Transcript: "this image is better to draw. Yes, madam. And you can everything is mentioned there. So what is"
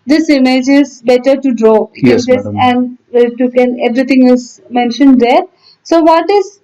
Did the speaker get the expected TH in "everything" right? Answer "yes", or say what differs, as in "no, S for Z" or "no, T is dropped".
no, T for TH